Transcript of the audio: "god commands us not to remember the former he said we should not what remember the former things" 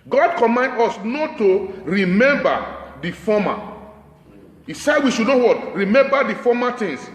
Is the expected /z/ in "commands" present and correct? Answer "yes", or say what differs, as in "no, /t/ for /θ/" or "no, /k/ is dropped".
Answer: no, /z/ is dropped